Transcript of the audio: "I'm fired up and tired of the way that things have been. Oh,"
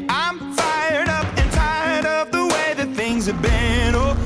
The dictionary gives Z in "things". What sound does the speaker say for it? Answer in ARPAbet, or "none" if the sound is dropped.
Z